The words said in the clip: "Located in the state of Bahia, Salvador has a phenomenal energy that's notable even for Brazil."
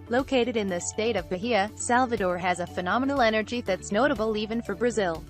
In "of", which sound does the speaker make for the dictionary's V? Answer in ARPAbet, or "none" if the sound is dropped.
V